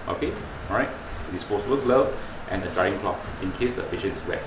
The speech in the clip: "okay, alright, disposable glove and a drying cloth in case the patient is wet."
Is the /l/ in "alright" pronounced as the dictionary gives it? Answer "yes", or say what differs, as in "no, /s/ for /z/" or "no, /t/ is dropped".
no, /l/ is dropped